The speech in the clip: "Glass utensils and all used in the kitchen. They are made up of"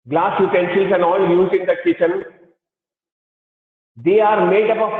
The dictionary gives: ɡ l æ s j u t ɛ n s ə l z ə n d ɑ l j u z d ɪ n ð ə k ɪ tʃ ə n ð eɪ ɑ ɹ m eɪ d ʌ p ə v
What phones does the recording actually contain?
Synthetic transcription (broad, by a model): ɡ l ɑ s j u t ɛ n ʃ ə l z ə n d ɑ l j u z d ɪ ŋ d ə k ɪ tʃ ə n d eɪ ɑ ɹ m eɪ d ʌ p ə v